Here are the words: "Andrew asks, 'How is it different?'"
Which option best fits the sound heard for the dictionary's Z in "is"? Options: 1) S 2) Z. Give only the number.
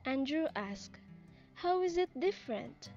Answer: 2